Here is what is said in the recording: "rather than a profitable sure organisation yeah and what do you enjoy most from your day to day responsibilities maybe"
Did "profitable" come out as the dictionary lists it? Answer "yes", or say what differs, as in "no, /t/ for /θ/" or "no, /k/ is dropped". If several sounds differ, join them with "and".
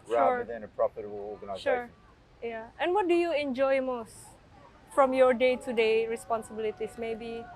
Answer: no, /p/ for /f/